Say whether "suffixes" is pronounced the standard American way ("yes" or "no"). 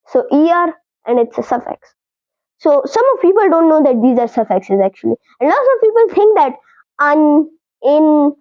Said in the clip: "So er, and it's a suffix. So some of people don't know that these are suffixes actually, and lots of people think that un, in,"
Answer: yes